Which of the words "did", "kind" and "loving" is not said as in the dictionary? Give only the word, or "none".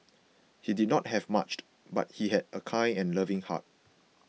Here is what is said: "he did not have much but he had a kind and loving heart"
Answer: kind